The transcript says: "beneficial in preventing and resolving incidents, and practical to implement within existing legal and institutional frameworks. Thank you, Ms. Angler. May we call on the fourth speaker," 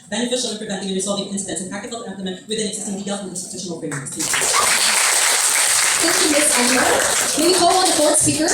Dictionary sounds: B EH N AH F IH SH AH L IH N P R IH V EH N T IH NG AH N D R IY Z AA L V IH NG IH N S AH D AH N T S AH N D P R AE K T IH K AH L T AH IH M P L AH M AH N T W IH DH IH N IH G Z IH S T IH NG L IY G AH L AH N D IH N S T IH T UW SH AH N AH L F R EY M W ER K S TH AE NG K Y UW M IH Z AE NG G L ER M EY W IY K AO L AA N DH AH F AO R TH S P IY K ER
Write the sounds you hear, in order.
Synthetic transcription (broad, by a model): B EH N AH F IH SH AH L IH N P R IH V EH N T IH NG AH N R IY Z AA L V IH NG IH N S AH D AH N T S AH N P AE K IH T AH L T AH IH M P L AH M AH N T W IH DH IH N IH G Z IH S T IH NG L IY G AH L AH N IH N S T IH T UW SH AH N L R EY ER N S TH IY K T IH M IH S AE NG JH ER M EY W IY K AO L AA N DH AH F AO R S P IY K ER